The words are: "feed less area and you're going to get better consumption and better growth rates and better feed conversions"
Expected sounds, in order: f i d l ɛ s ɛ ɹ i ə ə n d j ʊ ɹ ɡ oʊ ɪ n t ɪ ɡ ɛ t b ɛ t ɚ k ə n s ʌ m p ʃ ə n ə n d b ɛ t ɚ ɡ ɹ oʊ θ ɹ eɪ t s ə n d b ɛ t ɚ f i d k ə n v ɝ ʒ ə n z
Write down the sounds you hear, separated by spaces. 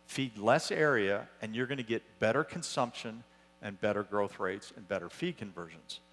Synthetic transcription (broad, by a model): f i d l ɛ s ɛ ɹ i ə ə n j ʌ ɹ ɡ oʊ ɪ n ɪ ɡ ɛ t b ɛ t ɚ k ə n s ʌ m p ʃ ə n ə n b ɛ t ɚ ɡ ɹ oʊ θ ɹ eɪ t s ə n b ɛ t ɚ f i d k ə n v ɝ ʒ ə n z